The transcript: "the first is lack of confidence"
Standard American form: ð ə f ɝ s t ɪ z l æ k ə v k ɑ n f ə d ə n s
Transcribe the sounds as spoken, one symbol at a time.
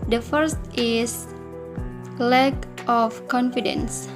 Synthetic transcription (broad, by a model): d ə f ɝ s t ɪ s l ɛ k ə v k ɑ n f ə d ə n s